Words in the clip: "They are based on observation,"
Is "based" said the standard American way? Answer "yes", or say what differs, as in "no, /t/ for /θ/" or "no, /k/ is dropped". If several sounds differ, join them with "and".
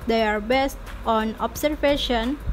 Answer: yes